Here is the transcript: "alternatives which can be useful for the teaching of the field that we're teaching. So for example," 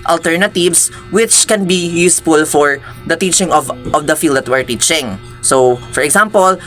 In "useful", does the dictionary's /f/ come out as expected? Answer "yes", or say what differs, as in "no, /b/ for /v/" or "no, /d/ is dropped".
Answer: yes